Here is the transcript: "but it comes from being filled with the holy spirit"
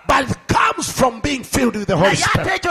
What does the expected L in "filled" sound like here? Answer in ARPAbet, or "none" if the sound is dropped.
L